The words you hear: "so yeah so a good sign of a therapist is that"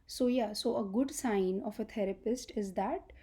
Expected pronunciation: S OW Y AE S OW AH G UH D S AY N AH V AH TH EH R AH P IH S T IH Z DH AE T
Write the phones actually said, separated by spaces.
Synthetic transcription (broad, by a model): S OW Y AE S OW AH G UH D S AY N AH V AH T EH R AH P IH S T IH Z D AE T